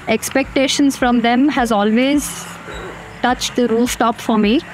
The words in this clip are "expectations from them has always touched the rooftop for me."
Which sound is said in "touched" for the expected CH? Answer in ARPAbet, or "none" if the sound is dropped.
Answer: CH